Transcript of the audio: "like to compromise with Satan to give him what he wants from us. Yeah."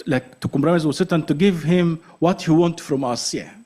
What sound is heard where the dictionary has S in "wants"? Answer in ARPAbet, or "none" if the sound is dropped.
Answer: none